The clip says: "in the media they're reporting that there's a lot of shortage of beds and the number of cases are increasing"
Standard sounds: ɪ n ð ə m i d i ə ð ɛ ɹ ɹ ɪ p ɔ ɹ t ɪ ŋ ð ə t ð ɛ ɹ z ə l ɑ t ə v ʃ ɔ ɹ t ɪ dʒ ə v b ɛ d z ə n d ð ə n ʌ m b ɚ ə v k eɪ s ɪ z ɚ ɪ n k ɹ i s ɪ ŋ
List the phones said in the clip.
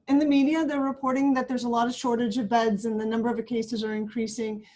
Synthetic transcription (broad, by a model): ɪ n ð ə m i d i ə ð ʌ ɹ ɹ ɪ p ɔ ɹ t ɪ ŋ ð ə t ð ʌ ɹ z ə l ɑ t ə v ʃ ɔ ɹ t ɪ dʒ ə v b ɛ d z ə n ð ə n ʌ m b ɚ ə v k eɪ s ɪ z ɚ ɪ n k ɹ i s ɪ ŋ